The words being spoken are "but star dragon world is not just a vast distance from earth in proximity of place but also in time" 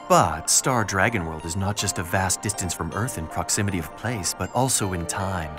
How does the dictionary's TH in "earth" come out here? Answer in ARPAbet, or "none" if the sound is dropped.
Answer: TH